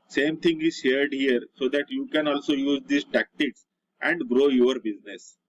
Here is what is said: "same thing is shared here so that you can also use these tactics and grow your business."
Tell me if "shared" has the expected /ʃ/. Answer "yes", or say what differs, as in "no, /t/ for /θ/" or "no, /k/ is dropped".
yes